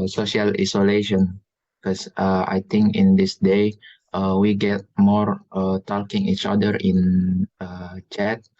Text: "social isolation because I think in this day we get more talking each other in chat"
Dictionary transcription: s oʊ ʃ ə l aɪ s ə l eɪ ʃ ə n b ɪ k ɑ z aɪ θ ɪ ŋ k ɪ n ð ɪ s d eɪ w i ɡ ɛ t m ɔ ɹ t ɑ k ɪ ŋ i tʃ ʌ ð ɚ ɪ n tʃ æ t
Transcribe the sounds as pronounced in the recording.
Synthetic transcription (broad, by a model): s oʊ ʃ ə l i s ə l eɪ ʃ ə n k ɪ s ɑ aɪ t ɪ ŋ k ɪ n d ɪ s d eɪ w i ɡ ɛ t m ɔ ɹ t ɑ k ɪ ŋ i tʃ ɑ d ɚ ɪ n tʃ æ t